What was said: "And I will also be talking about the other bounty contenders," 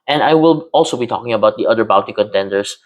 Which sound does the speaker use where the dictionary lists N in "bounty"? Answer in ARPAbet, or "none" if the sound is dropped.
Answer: none